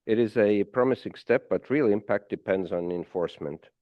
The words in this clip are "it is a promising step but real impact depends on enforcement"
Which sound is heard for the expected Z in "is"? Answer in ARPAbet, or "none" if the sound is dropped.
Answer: Z